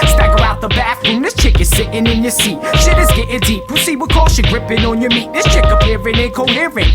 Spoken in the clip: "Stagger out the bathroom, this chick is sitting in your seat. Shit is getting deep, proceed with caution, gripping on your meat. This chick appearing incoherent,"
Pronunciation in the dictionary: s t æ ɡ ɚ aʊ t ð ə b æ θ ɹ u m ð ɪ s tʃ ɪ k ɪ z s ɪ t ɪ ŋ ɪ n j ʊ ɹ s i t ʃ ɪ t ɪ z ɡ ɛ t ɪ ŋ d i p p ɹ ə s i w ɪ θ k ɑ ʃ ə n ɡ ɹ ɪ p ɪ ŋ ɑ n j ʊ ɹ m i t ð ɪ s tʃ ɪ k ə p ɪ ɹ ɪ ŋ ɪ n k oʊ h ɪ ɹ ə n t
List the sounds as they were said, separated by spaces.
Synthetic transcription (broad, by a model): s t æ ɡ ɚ aʊ t ð ə b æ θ ɹ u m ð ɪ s tʃ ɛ k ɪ s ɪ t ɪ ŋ ɪ n j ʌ ɹ s i t ʃ ɪ t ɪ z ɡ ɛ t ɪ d i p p ə s i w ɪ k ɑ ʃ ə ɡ ɹ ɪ p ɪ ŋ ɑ n j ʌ ɹ m i t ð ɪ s tʃ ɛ k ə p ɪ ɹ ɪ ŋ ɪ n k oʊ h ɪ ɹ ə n